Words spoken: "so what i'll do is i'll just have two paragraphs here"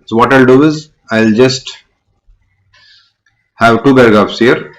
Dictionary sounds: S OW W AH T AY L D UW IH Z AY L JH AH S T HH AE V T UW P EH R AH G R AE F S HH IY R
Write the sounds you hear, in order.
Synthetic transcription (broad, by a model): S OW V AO T AY L D UW IH Z AY L JH AH S T HH AE V T UW B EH R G AA P S HH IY R